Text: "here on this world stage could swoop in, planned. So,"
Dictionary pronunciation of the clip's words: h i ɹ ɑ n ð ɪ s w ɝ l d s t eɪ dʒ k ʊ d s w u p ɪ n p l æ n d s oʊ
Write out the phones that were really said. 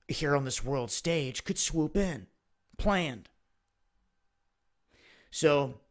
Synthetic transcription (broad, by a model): h i ɹ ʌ n ð ɪ s w ɝ l d s t eɪ dʒ k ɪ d s w u p ɪ n p l æ n d s oʊ